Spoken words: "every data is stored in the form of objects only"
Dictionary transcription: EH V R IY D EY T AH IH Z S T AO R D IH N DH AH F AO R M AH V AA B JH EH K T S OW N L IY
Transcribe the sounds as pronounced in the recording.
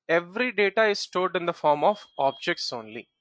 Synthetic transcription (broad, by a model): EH V R IY D EY T AH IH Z S T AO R D IH N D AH F AO R M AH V AA B JH EH K T S OW N L IY